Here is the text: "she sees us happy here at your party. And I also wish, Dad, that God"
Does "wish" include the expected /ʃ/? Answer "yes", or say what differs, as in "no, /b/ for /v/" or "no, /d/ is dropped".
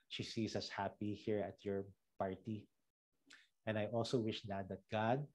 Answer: yes